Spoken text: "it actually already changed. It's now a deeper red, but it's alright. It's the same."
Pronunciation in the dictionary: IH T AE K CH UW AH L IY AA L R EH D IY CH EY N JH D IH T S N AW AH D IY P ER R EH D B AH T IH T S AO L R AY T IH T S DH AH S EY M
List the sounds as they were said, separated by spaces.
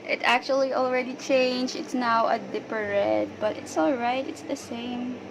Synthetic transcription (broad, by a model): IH T AE K CH UW AH L IY AA L R EH D IY CH EY N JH IH T S N AW AH D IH P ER R EH D B AH T IH T S AO L R AY T IH T S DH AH S EY M